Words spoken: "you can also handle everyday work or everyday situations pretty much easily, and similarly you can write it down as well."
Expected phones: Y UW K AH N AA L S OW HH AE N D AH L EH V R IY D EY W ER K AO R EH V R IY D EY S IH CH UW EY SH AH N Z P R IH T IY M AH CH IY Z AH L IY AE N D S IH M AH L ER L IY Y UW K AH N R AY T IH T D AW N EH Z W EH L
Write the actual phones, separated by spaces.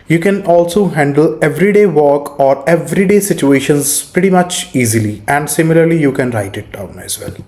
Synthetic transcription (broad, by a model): Y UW K AH N AA L S OW HH AE N D AH L EH V R IY D EY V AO K AO R EH V R IY D EY S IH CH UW EY SH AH N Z P R IH T IY M AH CH IY Z AH L IY AE N D S IH M AH L ER L IY Y UW K AH N R AY T IH T D AW N EH Z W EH L